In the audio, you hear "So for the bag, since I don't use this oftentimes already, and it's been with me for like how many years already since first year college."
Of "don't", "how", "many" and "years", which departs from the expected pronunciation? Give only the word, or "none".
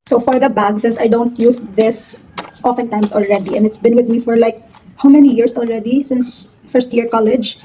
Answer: years